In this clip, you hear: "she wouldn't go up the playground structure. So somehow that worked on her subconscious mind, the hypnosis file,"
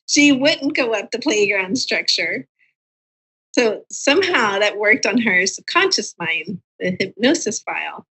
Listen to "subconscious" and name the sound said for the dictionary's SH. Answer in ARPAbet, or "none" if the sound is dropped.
SH